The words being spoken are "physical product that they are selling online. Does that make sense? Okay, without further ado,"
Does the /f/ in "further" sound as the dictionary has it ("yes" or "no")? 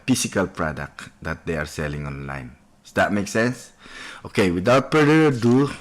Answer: no